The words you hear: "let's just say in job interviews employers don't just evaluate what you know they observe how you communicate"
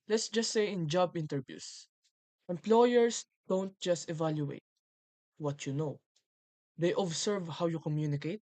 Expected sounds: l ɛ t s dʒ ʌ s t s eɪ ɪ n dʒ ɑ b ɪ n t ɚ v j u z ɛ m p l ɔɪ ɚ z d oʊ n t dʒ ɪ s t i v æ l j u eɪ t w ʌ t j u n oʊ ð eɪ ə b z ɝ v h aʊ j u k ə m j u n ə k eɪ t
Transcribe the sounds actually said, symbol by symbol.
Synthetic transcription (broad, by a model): l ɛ t s dʒ ʌ s t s eɪ ɪ n dʒ ɑ b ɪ n t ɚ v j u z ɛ m p l ɔɪ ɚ s d oʊ n t dʒ ɪ s t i v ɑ l j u eɪ t w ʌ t j u n oʊ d eɪ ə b s ɝ v h aʊ j u k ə m j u n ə k eɪ t